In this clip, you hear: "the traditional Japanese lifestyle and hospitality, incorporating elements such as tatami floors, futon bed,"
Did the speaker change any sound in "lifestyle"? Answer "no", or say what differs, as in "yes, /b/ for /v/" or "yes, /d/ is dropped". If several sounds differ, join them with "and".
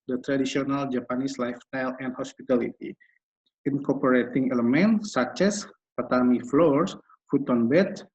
no